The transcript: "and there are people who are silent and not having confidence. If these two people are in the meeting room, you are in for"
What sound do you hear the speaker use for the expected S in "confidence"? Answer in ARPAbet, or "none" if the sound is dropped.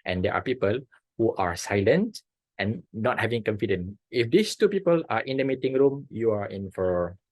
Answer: none